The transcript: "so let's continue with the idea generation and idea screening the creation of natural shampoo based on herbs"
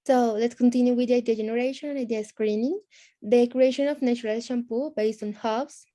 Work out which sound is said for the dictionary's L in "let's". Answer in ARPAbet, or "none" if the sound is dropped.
L